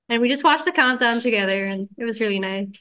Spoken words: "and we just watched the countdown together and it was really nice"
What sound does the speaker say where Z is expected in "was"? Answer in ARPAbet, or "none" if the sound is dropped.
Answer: Z